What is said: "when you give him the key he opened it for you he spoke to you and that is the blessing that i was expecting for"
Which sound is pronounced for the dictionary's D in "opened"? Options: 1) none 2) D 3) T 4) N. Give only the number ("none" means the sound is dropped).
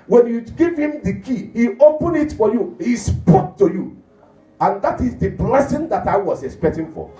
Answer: 1